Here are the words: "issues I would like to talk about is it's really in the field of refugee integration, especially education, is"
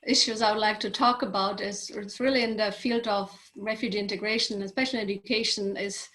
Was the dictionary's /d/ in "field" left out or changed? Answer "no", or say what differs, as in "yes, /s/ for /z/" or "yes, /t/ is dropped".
no